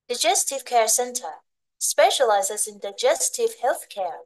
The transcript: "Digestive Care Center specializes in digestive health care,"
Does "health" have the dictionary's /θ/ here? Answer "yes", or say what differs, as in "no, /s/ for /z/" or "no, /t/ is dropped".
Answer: yes